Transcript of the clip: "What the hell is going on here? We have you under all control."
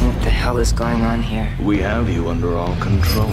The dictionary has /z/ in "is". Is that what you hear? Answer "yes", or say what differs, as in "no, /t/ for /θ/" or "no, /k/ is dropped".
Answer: yes